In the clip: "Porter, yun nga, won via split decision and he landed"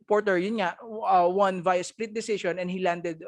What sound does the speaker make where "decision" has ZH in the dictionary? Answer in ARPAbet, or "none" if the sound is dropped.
SH